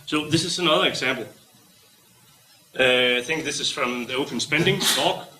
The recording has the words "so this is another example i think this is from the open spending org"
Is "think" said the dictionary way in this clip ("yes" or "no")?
yes